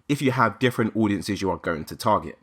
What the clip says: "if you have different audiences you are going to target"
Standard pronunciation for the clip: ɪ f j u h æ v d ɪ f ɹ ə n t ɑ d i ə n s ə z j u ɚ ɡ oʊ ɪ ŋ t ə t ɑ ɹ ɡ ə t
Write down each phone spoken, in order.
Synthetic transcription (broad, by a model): ɪ f j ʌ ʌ v d ɪ f ɹ ə n t ɑ d i ə n s ə z j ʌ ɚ ɡ oʊ ɪ ŋ t ə t ɑ ɡ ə t